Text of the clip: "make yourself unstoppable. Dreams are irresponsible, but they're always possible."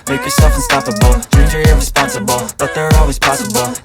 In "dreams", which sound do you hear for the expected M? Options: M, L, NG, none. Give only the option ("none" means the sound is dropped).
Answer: none